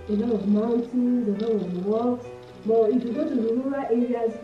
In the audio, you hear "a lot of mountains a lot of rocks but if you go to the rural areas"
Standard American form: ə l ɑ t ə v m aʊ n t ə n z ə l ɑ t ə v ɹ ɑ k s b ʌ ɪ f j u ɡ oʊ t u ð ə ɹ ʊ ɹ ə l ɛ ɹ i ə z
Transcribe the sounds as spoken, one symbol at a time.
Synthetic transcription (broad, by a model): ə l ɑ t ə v m aʊ n t ə n z ə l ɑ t ə v w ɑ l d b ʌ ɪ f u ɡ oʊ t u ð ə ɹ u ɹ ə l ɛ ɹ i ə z